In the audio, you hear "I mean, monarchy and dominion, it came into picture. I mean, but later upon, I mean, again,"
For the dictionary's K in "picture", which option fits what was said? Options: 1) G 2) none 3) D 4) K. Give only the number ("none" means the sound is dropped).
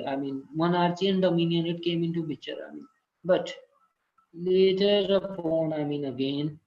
2